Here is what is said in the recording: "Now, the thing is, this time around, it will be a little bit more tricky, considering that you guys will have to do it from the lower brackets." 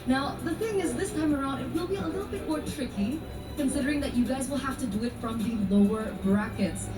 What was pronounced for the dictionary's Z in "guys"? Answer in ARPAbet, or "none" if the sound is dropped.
Z